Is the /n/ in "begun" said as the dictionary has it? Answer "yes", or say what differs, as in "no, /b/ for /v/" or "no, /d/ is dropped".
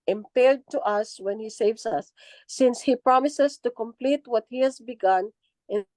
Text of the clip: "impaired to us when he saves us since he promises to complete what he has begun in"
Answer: yes